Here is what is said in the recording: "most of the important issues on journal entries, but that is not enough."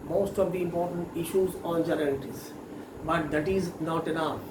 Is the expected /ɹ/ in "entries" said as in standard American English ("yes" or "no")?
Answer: no